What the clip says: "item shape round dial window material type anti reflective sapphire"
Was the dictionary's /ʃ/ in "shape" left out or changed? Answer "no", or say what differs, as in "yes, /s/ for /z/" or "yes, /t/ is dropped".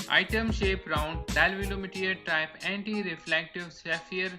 no